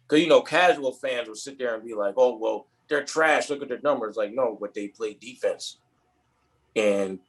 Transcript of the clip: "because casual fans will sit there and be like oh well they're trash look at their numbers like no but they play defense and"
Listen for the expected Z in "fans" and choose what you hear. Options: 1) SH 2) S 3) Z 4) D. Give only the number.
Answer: 3